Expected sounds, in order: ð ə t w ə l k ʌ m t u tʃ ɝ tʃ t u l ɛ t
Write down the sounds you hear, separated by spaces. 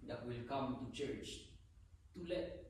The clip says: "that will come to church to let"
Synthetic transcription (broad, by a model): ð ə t w ə l k ʌ m t u tʃ ɝ tʃ t u l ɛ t